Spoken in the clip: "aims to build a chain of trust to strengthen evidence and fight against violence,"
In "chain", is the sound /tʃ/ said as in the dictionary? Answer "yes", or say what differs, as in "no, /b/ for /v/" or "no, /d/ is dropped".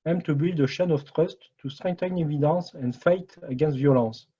no, /ʃ/ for /tʃ/